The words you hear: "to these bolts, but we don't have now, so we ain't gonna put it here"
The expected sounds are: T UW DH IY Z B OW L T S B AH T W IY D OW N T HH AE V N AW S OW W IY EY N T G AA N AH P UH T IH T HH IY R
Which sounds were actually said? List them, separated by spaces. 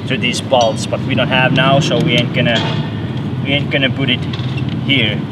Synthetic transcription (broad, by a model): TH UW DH IY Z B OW L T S B AH T W IY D OW N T HH AE V N AW S OW W IY EY N T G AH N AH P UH T IH T HH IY R